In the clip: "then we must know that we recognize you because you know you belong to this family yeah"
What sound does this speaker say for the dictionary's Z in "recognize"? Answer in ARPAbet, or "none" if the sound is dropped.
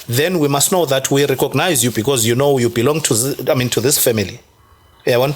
Z